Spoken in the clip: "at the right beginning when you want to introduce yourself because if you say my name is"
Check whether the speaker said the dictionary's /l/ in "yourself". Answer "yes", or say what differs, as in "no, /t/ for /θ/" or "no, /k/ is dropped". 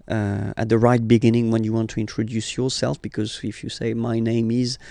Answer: yes